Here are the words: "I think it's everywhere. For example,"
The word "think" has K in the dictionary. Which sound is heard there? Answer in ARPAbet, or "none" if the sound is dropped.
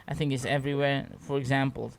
K